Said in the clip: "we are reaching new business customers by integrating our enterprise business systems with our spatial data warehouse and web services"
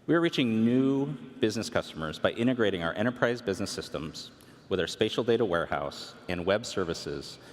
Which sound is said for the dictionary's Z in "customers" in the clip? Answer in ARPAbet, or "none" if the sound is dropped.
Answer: Z